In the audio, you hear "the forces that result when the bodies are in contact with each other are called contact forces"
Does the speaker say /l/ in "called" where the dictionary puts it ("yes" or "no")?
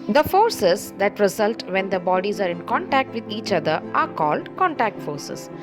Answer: yes